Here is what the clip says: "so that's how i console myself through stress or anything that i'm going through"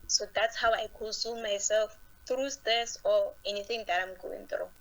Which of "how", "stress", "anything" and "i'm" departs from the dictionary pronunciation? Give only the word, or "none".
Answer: stress